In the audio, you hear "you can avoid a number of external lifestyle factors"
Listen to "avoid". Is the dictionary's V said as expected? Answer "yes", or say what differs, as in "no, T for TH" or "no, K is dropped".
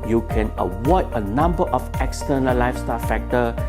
no, W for V